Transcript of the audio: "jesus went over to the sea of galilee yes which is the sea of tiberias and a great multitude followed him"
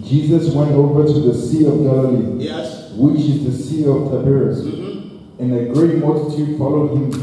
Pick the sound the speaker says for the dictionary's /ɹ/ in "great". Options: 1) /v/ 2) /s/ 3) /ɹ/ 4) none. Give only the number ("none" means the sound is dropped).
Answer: 3